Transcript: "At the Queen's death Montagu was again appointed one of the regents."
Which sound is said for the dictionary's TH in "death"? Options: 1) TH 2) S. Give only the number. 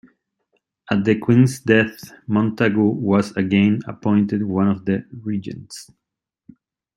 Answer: 1